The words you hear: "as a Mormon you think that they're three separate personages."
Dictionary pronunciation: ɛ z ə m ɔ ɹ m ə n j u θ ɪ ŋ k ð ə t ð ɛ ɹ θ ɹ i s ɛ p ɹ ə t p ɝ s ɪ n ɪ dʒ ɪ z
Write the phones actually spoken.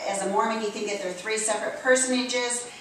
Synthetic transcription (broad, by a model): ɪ z ə m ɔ ɹ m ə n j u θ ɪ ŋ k ð ə t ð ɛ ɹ θ ɹ i s ɛ p ɹ ə t p ɝ s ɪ n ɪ dʒ ɪ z